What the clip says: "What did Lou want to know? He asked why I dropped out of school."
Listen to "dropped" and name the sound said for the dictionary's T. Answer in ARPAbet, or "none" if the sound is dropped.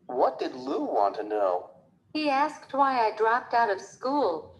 T